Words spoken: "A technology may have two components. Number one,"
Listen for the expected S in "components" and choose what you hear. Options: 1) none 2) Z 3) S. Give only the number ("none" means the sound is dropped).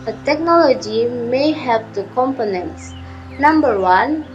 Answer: 3